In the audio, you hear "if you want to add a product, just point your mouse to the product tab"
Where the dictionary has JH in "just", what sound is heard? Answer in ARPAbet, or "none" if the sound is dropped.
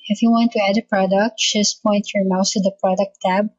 SH